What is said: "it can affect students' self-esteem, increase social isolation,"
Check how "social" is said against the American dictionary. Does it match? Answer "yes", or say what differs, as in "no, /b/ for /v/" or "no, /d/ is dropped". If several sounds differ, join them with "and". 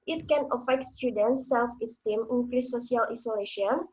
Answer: no, /ʃ/ is dropped